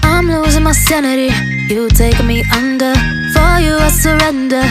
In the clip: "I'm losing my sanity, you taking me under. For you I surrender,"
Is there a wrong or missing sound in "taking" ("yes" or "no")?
yes